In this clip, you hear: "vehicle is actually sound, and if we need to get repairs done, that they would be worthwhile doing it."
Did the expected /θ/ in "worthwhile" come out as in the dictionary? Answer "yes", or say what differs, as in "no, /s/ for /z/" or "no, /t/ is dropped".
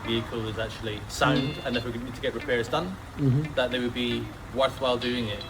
yes